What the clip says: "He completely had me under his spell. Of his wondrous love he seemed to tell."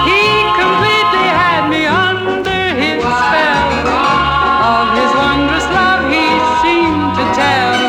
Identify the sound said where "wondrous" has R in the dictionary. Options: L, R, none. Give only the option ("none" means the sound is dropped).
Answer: R